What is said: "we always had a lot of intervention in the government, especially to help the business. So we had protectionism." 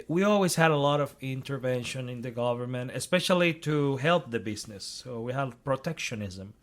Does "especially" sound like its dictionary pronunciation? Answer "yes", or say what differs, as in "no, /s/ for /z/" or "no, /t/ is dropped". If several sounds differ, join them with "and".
yes